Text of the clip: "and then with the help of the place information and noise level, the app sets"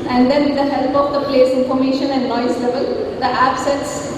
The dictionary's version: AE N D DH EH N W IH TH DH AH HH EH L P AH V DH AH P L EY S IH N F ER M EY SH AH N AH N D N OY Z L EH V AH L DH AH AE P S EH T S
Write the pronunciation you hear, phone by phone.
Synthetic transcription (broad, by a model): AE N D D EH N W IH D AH HH EH L P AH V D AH P L EY S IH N F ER M EY SH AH N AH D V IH S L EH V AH L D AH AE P S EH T S